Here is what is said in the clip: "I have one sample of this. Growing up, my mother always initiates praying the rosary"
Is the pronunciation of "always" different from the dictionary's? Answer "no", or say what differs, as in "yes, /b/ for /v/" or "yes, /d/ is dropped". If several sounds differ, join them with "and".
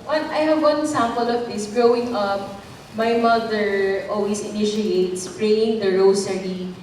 yes, /s/ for /z/